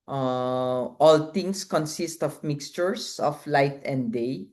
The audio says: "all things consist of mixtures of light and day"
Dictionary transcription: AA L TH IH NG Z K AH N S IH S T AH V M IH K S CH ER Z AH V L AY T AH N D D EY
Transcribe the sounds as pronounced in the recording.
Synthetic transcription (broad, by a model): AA L T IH NG S K AH N S IH S T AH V M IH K S CH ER S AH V L AY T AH N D D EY